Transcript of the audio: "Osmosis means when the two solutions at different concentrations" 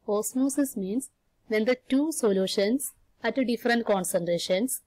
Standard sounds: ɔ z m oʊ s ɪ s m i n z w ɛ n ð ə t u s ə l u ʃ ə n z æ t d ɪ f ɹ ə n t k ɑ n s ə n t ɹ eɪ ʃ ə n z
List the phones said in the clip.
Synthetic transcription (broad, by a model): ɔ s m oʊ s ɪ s m i n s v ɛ n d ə t u s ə l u ʃ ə n s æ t d ɪ f ɹ ə n t k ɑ n s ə n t ɹ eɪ ʃ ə n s